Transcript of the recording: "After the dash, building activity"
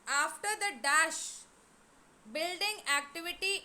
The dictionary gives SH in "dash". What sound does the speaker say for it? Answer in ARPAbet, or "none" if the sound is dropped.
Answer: SH